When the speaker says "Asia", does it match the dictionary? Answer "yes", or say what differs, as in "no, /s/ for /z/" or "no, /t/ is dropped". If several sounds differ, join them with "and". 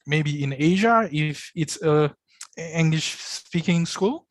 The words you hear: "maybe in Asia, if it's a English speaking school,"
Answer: yes